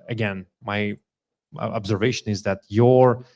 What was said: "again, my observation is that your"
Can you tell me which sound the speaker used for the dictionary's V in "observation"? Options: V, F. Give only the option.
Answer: V